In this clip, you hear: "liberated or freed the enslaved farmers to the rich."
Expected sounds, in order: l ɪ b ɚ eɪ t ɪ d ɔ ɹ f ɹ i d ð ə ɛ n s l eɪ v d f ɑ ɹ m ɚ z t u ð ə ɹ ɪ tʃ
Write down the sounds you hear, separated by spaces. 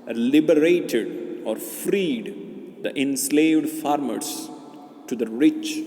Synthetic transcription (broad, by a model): l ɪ b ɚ eɪ t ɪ d ɔ ɹ f ɹ i d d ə ɛ n s l eɪ v d f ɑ ɹ m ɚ s t u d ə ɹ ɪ tʃ